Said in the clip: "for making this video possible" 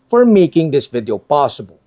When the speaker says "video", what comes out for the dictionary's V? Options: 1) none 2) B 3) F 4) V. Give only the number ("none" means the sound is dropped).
4